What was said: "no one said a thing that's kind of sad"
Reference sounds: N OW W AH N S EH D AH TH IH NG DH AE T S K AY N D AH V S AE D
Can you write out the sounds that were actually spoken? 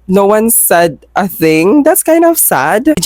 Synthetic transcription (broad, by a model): N OW W AH N S EH D AH TH IH NG DH AE T S K AY N D AH V S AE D